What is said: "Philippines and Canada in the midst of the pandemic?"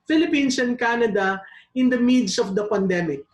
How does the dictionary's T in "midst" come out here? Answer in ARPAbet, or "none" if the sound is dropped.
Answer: none